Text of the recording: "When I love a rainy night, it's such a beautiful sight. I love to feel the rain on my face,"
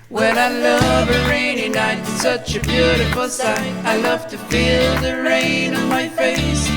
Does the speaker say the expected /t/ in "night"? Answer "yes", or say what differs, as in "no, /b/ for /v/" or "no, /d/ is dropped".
no, /t/ is dropped